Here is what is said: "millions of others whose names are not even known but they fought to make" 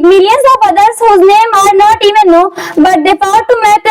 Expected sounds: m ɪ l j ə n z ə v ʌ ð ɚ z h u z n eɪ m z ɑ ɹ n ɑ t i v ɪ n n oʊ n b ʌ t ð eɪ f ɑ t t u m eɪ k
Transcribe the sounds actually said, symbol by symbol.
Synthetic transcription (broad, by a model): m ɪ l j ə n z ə b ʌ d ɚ s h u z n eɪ m ɑ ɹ n ɑ t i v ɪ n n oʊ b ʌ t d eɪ p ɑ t t u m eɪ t